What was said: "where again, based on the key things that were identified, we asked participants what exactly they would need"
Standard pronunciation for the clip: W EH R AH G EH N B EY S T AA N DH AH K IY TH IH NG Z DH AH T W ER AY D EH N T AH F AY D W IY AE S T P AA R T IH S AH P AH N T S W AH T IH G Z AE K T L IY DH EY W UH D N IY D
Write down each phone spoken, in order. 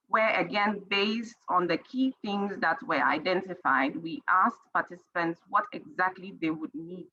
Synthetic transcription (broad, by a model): W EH R AH G EH N B EY S T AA N DH AH K IY TH IH NG Z DH AH T W ER AY D EH N T AH F AY D W IY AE S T P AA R T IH S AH P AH N T S W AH T IH G Z AE K T L IY DH EY W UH D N IY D